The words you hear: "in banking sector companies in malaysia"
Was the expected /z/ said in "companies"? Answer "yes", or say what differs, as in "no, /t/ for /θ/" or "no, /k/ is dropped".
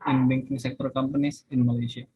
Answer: no, /s/ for /z/